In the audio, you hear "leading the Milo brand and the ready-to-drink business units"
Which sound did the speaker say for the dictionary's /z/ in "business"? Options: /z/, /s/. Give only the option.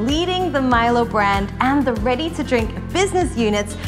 /z/